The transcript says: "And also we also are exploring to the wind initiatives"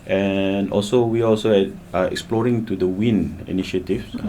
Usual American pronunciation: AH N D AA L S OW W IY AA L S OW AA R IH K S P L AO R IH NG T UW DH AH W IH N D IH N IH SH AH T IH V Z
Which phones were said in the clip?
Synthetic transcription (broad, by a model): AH N AA L S OW W IY AA L S OW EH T IH K S P L AO R IH NG T UW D AH W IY N IH N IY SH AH T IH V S